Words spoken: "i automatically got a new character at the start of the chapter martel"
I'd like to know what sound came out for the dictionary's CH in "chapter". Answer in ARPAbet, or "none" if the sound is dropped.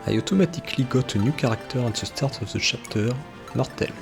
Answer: SH